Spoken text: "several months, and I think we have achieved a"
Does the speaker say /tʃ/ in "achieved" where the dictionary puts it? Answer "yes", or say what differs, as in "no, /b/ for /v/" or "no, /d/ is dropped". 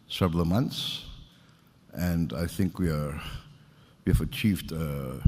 yes